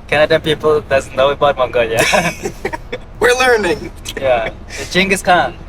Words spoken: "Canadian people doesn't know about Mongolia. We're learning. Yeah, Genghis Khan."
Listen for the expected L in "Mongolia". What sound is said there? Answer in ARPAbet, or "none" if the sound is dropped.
L